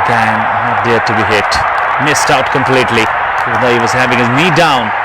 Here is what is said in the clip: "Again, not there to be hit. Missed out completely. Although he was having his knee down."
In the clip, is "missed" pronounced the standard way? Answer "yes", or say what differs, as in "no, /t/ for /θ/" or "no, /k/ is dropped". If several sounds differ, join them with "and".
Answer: yes